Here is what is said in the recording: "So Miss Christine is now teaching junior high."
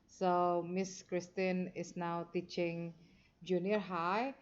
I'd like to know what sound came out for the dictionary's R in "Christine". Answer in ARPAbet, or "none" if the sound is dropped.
R